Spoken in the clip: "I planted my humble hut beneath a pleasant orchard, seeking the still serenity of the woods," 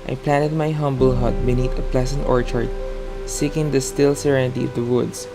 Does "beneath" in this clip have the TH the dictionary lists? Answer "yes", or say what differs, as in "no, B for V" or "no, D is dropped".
no, T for TH